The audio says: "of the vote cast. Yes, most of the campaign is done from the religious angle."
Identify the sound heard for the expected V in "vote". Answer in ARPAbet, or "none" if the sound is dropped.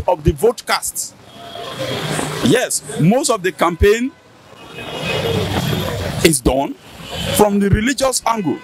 V